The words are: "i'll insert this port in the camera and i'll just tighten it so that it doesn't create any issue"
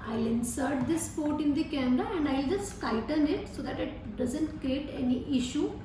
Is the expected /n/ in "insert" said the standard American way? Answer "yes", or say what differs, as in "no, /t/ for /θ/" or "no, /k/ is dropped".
yes